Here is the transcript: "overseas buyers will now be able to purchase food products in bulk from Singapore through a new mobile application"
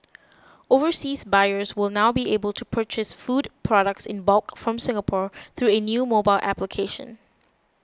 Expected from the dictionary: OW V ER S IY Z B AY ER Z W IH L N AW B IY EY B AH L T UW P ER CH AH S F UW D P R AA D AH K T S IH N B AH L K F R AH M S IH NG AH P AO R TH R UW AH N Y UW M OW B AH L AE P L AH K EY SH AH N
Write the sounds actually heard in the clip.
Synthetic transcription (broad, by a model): OW V ER S IY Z B AY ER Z W IH L N AW B IY EY B AH L T UW P ER CH AH S F UW D P R AA D AH K T S IH N B AH L K F R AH M S IH NG AH P AO R TH R UW AH N Y UW M OW B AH L AE P L AH K EY SH AH N